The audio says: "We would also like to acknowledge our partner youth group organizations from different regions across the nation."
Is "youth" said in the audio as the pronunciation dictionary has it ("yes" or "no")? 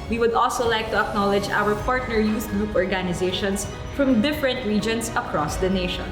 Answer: no